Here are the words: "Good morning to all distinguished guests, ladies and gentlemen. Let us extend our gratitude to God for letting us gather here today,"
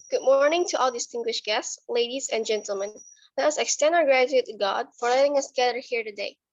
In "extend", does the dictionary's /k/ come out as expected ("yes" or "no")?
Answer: yes